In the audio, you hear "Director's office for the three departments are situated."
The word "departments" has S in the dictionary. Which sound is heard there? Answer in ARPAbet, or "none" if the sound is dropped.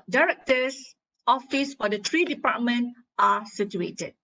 none